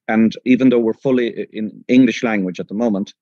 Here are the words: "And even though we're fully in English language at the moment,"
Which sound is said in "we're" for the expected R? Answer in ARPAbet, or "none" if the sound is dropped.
R